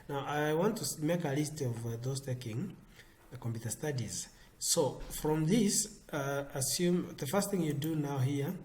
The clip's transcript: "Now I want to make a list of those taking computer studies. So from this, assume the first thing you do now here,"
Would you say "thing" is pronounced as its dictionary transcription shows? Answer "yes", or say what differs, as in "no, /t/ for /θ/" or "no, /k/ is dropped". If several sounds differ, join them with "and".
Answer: yes